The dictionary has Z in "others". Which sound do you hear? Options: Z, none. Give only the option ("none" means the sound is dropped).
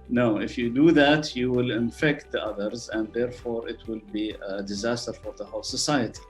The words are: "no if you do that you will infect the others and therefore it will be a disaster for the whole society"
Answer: Z